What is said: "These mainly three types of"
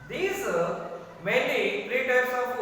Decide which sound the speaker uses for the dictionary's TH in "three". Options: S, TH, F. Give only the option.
F